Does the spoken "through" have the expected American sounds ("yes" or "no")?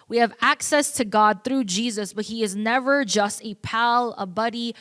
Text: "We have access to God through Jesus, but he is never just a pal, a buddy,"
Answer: yes